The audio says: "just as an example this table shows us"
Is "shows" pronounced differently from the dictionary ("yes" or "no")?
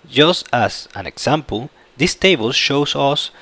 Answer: yes